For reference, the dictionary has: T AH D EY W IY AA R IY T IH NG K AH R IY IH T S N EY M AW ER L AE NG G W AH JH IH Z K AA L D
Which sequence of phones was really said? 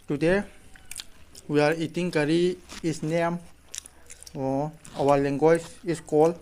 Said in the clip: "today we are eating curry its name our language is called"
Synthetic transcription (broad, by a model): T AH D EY W IY AA R IY T IH NG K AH R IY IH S N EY M AW ER L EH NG G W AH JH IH S K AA L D